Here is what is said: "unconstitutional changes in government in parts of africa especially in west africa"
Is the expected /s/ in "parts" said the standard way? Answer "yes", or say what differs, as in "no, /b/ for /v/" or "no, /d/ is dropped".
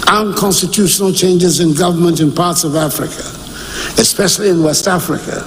yes